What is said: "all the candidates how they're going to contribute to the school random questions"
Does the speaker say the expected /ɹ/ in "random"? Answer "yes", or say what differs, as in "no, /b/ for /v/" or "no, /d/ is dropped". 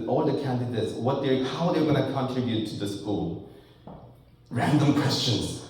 yes